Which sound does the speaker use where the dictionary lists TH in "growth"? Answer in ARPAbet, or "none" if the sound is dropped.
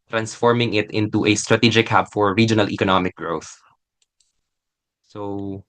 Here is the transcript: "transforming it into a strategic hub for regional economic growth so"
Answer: TH